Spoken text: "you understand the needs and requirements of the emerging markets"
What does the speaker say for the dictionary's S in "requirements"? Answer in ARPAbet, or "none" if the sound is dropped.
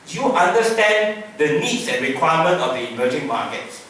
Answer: none